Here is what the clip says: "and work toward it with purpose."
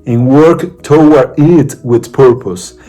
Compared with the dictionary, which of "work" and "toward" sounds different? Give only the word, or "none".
toward